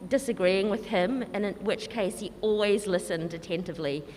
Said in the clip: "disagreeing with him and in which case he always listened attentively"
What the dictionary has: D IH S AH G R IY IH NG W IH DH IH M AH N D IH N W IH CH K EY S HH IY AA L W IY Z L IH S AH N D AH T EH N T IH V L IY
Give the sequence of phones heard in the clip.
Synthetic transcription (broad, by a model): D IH S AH G R IY IH NG W IH DH IH M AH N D IH N W IH CH K EY S HH IY AA L W IY Z L IH S AH N D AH T EH N T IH V L IY